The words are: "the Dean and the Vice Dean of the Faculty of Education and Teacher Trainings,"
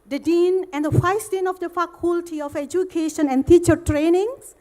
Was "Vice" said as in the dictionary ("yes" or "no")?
no